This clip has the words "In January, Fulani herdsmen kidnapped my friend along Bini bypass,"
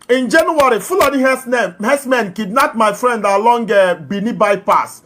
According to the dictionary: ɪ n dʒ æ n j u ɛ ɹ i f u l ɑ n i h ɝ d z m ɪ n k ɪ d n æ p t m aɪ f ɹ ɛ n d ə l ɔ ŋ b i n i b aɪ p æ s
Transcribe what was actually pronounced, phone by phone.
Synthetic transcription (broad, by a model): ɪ n dʒ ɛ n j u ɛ ɹ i f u l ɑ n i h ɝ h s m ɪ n k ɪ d n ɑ t m aɪ f ɹ ɛ n d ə l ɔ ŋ b i n i b aɪ p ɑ s